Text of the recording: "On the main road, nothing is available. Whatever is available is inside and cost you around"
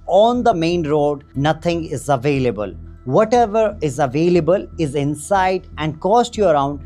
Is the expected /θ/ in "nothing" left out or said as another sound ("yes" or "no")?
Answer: yes